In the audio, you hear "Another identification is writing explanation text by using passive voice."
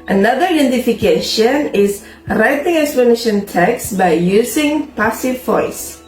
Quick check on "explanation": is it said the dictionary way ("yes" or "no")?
no